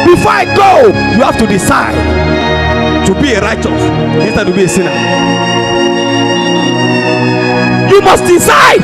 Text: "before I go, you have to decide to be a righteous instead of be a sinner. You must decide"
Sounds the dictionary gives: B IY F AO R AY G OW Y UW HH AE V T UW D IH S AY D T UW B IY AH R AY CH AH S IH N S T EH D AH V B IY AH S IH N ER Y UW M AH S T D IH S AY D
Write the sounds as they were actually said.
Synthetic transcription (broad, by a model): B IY F AO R AY G OW Y UW HH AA F T UW D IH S AY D T UW B IY AH R AY CH AH S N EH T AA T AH B IY AH S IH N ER Y UW M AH S T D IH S AY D